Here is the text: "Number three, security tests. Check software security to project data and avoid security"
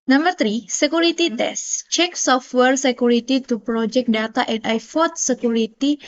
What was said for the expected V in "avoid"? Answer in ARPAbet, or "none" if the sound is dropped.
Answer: F